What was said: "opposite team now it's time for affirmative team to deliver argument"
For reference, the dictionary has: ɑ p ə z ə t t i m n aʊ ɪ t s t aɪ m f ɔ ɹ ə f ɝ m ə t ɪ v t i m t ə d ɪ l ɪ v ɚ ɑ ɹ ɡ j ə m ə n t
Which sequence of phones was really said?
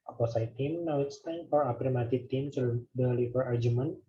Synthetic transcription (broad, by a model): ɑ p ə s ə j t i m n aʊ ɪ t s t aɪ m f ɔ ɹ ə p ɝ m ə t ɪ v t i m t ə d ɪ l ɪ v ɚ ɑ ɹ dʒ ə m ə n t